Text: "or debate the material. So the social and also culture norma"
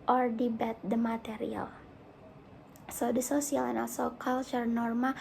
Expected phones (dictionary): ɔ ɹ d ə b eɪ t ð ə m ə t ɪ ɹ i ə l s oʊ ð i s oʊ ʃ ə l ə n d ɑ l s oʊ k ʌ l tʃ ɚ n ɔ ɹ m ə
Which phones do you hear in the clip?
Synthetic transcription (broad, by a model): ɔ ɹ d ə b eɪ t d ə m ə t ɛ ɹ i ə l s oʊ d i s oʊ s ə l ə n ɑ l s oʊ k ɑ l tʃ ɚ n ɔ ɹ m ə